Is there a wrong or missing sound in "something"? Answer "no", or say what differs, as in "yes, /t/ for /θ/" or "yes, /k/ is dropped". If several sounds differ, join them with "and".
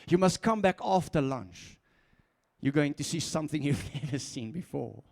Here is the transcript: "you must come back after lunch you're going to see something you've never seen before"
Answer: no